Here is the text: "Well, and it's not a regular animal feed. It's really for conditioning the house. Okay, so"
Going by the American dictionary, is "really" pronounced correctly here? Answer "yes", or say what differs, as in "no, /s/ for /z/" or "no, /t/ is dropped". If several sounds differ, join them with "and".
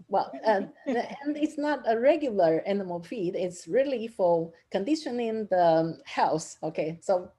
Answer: yes